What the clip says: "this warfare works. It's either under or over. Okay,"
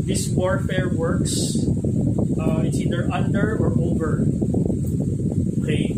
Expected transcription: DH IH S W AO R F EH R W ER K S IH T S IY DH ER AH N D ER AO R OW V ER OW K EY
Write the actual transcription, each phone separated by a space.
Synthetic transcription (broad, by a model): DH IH S W AO R F EH R W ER K S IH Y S IY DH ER AH N D ER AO R OW V ER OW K EY